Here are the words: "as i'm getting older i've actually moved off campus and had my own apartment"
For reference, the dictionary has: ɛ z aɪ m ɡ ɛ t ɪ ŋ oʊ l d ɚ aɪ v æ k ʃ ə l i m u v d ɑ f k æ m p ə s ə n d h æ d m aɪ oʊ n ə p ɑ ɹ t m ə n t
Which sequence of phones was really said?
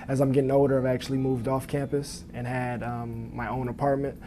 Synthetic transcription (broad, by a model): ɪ z aɪ m ɡ ɛ t ɪ ŋ oʊ d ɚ aɪ v æ k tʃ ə l i m u v d ɑ f k æ m p ə s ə n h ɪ d m aɪ oʊ n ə p ɑ ɹ t m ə n t